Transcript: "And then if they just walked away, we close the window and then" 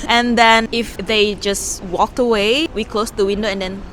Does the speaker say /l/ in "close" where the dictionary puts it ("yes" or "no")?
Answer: yes